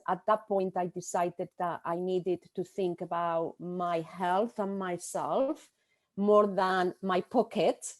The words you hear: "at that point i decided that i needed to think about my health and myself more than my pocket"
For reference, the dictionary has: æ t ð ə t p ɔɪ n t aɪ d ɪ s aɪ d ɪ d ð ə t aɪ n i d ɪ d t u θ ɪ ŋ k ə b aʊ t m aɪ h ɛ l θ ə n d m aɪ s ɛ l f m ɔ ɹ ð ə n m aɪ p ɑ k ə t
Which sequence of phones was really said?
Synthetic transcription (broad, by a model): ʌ t ð ə t p ɔɪ n t aɪ d ɪ s aɪ d ɪ d ð ə t aɪ n i d ɪ d t u θ ɪ ŋ k ə b aʊ t m aɪ h ɛ l θ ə n m aɪ s ɛ l f m ɔ ɹ ð ə n m aɪ p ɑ k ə t